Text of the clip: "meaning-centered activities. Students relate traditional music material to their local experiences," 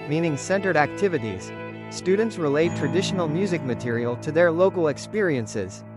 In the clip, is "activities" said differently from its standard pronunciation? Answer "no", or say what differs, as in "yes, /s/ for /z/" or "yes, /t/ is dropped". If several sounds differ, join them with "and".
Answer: no